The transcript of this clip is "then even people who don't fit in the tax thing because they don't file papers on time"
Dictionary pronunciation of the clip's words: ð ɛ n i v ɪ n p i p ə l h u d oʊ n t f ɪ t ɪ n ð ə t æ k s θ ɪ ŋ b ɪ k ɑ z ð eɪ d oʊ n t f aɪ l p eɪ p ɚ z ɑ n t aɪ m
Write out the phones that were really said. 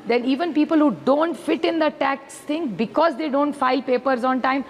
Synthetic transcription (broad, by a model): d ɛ n i v ɪ n p i p ə l h u d oʊ n t f ɪ t ɪ n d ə t æ k s t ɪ ŋ b ɪ k ɑ z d eɪ d oʊ n t f aɪ l p eɪ p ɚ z ɑ n t aɪ m